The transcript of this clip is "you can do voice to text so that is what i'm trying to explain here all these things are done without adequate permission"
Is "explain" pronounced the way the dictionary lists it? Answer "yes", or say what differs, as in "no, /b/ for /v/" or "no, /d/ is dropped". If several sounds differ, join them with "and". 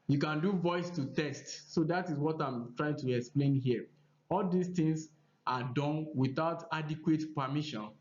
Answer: yes